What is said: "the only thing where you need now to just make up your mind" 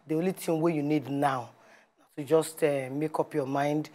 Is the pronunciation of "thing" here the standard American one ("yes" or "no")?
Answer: no